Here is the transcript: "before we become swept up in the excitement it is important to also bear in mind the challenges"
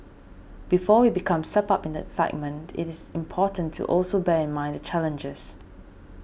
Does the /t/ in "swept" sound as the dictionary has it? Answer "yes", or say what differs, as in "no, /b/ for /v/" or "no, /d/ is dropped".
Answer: no, /t/ is dropped